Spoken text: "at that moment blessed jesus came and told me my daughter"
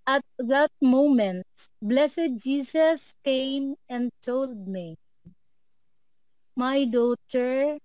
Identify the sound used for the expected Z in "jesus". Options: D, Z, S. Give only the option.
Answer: S